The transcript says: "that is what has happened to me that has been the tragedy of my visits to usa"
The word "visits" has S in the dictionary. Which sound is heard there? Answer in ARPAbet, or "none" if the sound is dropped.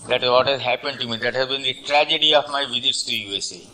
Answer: S